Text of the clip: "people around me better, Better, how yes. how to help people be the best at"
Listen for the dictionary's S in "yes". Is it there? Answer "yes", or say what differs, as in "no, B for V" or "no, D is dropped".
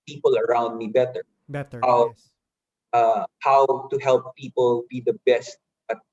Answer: no, S is dropped